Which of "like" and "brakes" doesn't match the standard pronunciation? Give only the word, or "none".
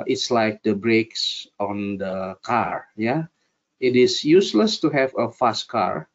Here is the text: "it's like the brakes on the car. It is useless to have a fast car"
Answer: none